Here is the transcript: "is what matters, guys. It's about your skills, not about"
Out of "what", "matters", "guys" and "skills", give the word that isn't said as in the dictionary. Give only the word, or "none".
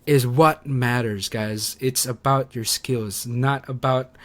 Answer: none